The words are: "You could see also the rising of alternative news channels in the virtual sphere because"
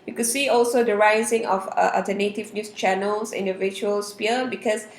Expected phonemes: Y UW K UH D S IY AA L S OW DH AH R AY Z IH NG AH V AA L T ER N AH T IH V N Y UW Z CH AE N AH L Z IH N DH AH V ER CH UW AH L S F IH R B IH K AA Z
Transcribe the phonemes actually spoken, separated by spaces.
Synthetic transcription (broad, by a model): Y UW K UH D S IY AA L S OW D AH R AY Z IH NG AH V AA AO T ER N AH T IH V N Y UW S CH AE N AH L S IH N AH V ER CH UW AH L S P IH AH B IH K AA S